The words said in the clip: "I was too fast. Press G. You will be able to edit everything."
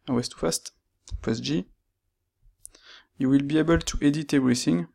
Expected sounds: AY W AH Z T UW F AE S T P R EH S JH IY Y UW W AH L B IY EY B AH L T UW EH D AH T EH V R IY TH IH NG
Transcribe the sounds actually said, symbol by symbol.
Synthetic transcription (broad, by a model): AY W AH S T UW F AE S T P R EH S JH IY Y UW W AH L B IY EY B AH L T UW EH D AH T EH V R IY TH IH NG